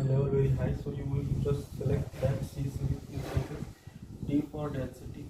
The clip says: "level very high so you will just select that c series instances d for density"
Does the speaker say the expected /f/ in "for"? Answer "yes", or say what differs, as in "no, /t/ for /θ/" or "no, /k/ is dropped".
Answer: no, /p/ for /f/